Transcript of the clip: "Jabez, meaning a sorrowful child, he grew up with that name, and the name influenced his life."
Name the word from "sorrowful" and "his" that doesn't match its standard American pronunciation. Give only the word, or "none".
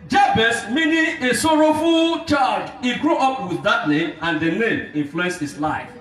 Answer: his